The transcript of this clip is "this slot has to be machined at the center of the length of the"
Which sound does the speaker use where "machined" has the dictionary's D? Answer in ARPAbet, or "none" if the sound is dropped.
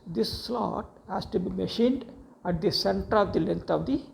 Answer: D